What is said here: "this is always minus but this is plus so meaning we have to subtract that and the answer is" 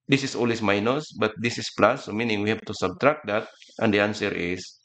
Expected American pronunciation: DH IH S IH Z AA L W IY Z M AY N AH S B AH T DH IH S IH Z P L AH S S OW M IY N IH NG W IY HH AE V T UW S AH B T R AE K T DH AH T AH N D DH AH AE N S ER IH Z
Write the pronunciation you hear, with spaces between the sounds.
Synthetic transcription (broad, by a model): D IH S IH S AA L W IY S M AY N AH S B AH T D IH S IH S P L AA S S OW M IY N IH NG W IY HH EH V T UW S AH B T R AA K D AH T AH N D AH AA N S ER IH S